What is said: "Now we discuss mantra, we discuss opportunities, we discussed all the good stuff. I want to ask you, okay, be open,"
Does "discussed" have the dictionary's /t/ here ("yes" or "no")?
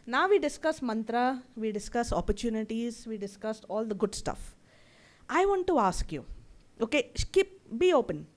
yes